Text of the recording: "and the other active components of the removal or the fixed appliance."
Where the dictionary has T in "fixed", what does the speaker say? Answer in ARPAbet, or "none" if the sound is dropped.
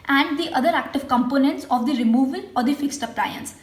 T